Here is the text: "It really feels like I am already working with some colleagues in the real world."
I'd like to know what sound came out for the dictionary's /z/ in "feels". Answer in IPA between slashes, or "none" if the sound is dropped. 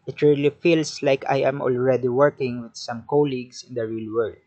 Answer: /s/